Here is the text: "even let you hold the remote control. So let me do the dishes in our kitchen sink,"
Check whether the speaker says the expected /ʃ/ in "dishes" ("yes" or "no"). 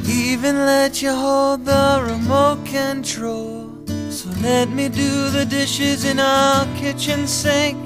yes